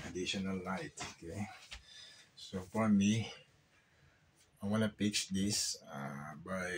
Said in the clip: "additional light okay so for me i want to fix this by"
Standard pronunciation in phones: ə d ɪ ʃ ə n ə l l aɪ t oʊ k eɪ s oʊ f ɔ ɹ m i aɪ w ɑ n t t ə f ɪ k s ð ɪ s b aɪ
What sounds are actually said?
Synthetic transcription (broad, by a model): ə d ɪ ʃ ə n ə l l aɪ t oʊ k eɪ s oʊ f ɔ ɹ m i aɪ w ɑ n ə p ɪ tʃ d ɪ s b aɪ